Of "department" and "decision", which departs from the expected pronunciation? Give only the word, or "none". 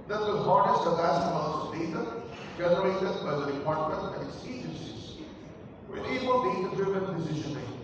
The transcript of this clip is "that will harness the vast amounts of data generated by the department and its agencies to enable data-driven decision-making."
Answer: decision